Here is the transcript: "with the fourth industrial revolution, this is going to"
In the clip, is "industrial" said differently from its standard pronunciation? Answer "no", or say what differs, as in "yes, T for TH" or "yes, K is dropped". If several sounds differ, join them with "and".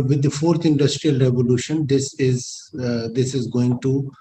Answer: no